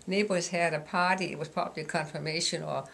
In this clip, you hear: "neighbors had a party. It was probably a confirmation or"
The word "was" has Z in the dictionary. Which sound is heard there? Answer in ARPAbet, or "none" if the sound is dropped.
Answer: S